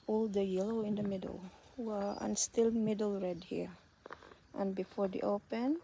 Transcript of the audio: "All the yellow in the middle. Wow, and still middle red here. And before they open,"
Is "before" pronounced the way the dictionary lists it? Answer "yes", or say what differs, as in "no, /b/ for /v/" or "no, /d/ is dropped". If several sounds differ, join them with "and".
yes